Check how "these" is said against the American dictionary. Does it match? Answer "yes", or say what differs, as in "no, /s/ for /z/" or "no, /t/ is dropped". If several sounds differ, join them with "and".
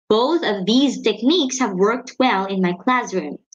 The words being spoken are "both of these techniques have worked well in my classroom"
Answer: yes